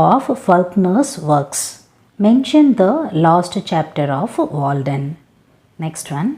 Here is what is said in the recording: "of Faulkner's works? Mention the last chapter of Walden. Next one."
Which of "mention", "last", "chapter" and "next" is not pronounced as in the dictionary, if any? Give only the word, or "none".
none